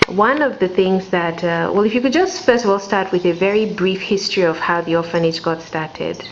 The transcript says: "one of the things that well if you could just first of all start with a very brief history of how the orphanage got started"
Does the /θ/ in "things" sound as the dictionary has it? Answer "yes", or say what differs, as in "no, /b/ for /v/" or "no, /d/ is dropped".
yes